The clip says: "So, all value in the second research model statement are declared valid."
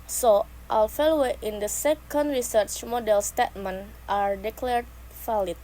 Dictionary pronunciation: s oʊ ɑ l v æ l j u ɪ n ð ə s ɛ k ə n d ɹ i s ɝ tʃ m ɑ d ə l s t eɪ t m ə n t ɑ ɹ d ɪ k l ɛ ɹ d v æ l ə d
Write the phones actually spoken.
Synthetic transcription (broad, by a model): s oʊ ɑ l f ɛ l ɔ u ɪ n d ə s ɛ k ə n d ɹ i s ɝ tʃ m ɑ d ə l s t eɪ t m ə n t ɑ ɹ d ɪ k l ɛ ɹ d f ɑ l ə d